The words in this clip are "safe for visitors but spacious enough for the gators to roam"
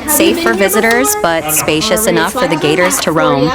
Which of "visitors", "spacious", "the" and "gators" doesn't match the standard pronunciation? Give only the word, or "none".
none